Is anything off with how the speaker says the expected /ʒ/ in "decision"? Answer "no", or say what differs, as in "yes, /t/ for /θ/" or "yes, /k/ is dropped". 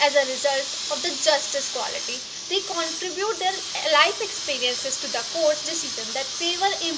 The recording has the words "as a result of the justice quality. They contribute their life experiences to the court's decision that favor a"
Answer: yes, /z/ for /ʒ/